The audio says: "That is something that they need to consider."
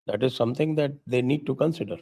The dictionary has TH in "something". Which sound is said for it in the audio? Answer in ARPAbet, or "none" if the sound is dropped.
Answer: T